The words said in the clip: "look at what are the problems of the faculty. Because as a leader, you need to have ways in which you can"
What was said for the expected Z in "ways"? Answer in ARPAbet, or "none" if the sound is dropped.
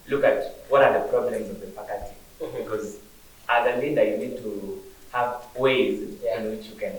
Z